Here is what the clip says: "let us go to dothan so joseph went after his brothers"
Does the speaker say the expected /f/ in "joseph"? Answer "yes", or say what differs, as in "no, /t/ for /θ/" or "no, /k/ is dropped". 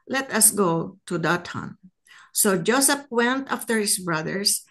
no, /p/ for /f/